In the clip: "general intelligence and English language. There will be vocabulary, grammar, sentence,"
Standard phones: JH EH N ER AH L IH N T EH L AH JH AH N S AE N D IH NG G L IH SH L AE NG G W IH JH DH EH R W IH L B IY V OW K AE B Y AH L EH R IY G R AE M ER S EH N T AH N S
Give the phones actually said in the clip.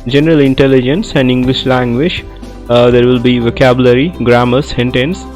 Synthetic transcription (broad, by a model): JH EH N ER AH L IH N T EH L AH JH AH N S AE N D IH NG G L IH SH L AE NG G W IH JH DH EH R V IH L B IY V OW K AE B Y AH L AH R IY G R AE M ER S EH N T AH N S